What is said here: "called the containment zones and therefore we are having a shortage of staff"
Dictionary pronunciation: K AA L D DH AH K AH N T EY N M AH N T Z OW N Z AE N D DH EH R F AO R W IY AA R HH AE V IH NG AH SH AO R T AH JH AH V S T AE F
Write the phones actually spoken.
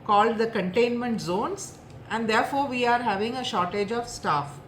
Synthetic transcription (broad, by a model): K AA L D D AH K AH N T EY N M AH N T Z OW N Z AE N D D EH R F AO R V IY AA R HH AE V IH NG AH SH AO R T AH JH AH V S T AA F